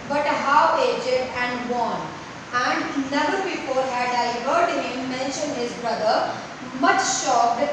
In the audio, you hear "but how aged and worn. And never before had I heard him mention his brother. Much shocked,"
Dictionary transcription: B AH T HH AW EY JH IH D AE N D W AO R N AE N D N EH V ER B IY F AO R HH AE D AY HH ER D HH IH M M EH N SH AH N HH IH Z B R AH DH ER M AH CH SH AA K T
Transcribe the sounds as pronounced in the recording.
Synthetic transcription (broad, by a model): B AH T HH AW EY JH IH D AE N D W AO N AE N D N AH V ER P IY P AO L HH AE D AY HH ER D HH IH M M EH N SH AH N HH IH Z B R AH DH ER M AH CH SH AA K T